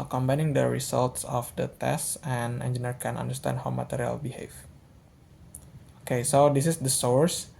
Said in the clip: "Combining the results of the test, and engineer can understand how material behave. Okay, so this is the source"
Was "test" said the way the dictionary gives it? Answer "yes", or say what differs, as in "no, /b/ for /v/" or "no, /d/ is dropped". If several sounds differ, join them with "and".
yes